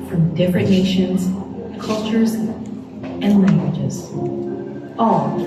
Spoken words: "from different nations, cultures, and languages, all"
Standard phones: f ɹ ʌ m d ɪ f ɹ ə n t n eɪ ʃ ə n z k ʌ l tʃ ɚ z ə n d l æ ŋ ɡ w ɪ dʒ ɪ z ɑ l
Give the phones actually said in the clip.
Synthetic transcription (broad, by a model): f ɹ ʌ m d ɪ f ɹ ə n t n eɪ ʃ ə n z k ʌ l tʃ ɚ z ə n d l æ ŋ ɡ w ɪ dʒ ɪ z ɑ l